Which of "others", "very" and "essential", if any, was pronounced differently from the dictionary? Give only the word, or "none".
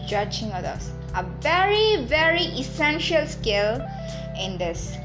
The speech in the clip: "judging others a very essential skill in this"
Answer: others